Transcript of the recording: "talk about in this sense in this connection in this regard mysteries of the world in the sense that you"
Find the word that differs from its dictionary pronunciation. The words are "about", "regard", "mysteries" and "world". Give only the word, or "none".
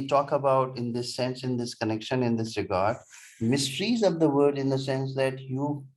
world